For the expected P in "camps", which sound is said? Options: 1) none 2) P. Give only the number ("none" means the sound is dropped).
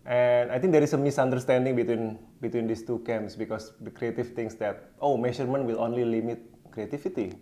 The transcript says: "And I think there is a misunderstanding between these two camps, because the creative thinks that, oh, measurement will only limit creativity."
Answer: 1